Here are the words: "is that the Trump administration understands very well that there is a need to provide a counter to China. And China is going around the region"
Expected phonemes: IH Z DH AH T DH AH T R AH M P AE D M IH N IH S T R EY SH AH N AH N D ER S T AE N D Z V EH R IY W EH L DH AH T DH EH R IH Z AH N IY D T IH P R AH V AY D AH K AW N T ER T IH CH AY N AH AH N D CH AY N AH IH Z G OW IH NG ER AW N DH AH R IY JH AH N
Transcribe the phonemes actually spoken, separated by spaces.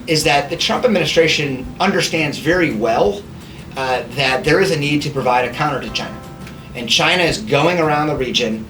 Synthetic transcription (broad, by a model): IH Z DH AH T DH AH T R AH M P AE D M IH N IH S T R EY SH AH N AH N D ER S T AE N D Z V EH R IY W EH L DH AH T DH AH R IH Z AH N IY D T IH P R AH V AY D AH K AW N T ER T IH CH AY N AH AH N CH AY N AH IH Z G OW IH NG ER AW N DH AH R IY JH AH N